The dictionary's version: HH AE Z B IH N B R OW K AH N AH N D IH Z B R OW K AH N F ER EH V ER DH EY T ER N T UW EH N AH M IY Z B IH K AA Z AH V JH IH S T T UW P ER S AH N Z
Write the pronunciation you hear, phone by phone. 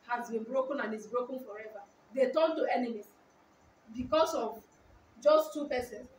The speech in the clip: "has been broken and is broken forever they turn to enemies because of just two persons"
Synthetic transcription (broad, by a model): HH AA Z B IH N B R OW K AH N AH N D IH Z B R OW K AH N F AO EH V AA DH EY T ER N T UW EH N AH M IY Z B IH K AA S AH V JH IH S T T UW P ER S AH N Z